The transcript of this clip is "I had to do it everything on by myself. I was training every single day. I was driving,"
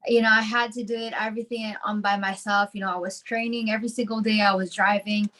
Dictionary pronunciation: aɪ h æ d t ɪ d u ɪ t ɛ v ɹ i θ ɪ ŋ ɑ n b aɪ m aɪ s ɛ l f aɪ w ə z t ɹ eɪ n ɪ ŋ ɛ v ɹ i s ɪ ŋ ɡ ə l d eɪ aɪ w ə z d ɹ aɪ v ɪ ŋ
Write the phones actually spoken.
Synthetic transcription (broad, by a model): aɪ h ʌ d t ɪ d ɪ ɪ t ɛ v ɹ i θ ɪ ŋ ɑ n b aɪ m aɪ s ɛ l f aɪ w ə z t ɹ eɪ n ɪ ŋ ɛ v ɹ i s ɪ ŋ ɡ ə l d eɪ aɪ w ə z d ɹ aɪ v ɪ ŋ